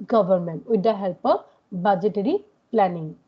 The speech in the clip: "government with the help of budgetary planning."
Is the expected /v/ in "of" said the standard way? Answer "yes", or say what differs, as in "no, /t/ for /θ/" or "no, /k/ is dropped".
no, /p/ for /v/